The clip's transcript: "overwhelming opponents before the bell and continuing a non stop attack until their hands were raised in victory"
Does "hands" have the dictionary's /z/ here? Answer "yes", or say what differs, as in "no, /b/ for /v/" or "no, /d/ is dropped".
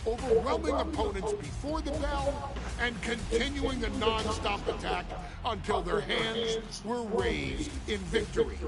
yes